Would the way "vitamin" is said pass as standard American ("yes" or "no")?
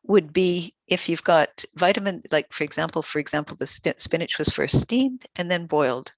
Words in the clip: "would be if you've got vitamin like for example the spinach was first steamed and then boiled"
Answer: yes